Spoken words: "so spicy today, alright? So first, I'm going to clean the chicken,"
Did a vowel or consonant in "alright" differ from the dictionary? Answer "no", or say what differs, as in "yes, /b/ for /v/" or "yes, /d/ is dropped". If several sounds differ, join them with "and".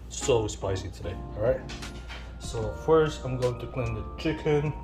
yes, /l/ is dropped